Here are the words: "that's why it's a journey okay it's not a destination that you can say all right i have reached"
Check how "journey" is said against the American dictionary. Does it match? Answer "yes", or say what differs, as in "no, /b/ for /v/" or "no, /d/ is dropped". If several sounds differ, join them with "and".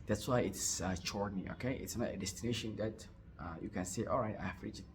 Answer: no, /tʃ/ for /dʒ/